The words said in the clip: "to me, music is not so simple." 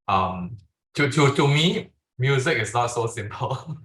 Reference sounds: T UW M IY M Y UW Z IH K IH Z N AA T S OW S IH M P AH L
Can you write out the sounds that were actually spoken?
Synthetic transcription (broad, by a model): T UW M IY M Y UW Z IH K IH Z N AA T S OW S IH M P AH L